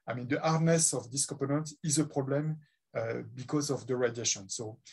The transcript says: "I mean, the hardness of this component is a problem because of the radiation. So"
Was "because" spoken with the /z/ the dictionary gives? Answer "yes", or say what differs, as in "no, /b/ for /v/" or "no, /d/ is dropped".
yes